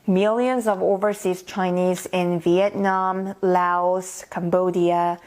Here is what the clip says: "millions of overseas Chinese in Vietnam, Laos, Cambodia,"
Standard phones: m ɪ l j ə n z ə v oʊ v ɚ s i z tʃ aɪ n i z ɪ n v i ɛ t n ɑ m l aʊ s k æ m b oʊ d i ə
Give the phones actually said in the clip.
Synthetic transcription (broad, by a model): m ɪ l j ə n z ə v oʊ v ɚ s i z tʃ aɪ n i z ɪ n v i ɛ t n ɑ m l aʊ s k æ m b oʊ d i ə